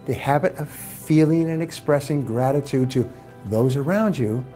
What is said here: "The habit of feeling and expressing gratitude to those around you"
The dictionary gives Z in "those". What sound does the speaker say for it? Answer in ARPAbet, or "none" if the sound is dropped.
Z